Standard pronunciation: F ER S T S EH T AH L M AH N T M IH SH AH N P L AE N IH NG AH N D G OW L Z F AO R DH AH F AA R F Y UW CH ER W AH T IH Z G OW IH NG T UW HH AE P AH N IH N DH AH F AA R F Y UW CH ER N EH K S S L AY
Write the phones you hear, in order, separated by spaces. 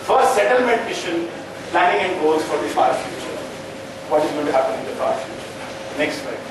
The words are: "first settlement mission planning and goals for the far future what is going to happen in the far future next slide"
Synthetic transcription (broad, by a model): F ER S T S EH T AH L M AH N T M IH SH AH N P L AE N IH NG AH N D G OW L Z F AO R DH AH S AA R F Y UW CH ER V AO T IH Z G OW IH T UW HH AE P AH N IH N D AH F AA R F Y UW CH ER N EH K S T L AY